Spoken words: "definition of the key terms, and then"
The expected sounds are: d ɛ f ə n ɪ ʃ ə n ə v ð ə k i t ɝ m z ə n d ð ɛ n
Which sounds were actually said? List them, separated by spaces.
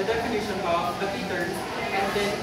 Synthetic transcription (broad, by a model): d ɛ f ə n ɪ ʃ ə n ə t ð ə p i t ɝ z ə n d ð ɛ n